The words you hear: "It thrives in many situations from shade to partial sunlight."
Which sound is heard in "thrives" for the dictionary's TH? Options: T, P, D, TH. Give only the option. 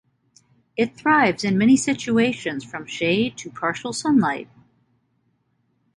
TH